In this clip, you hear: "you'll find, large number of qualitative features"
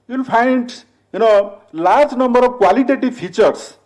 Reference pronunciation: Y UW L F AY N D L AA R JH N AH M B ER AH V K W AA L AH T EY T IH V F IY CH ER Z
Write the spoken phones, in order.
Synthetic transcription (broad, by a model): Y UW L P AY N D L AA R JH N AH M B ER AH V K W AA L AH T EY T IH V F IY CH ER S